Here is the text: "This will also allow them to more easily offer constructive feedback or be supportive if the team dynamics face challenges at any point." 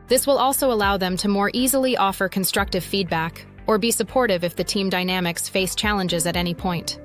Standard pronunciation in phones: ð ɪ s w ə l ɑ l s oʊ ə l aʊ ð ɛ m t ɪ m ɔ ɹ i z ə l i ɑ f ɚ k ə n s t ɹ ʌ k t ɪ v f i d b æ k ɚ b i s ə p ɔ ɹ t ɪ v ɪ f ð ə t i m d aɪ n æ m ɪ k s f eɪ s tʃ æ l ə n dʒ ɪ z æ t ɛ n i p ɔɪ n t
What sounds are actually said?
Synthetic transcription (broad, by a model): ð ɪ s w ə l ɑ l s oʊ ə l aʊ ð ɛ m t ɪ m ɔ ɹ i z l i ɑ f ɚ k ə n s t ɹ ʌ k t ɪ v f i d b æ k ɚ b i s ə p ɔ ɹ t ɪ v ɪ f ð ə t i m d aɪ n æ m ɪ k s f eɪ s tʃ æ l ə n dʒ ɪ z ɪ t ɛ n i p ɔɪ n t